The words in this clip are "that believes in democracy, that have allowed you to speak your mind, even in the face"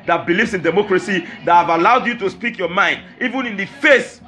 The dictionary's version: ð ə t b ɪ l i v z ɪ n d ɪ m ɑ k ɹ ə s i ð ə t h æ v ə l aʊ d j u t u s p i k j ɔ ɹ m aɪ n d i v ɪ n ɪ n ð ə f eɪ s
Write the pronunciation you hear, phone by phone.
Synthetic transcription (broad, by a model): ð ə t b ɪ l i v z ɪ n d ɪ m ɑ k ɹ ə s i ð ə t h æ v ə l aʊ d j u t u s p i k j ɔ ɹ m aɪ n d i v ɪ n ɪ n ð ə f eɪ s